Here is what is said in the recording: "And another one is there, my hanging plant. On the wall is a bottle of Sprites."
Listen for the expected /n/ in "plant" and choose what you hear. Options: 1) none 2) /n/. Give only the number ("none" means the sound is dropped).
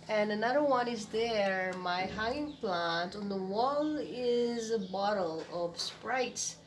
2